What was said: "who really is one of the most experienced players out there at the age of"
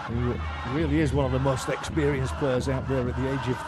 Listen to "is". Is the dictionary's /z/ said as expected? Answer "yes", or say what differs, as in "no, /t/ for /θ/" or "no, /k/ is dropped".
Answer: yes